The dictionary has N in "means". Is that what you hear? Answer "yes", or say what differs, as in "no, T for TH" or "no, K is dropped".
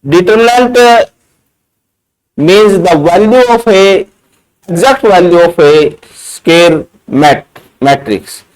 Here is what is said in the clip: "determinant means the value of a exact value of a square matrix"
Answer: yes